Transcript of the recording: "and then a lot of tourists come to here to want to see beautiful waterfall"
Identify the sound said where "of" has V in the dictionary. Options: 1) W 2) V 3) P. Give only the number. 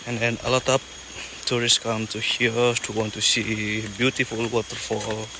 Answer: 3